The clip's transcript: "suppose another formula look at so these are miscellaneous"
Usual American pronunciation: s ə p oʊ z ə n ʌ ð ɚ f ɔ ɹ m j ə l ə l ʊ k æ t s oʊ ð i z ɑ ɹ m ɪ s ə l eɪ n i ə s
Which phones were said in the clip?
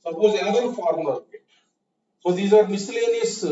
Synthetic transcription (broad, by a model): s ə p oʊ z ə ʌ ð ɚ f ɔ ɹ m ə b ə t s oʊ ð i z ɑ ɹ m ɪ s l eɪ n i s